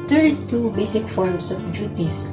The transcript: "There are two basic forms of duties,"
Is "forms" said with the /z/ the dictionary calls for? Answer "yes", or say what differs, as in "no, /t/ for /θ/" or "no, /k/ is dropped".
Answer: no, /s/ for /z/